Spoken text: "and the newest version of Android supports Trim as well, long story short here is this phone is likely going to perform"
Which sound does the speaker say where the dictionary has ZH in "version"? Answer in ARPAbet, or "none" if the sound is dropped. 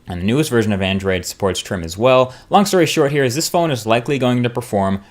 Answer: ZH